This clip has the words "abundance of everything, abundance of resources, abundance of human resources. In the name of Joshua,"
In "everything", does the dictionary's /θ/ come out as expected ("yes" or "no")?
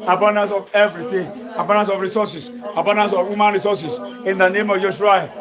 no